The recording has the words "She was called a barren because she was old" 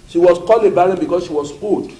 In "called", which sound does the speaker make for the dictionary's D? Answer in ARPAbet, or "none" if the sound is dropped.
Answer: none